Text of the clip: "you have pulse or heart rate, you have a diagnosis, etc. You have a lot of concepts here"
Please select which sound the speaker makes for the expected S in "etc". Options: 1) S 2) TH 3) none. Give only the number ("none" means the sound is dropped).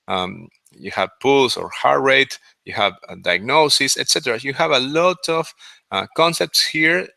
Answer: 1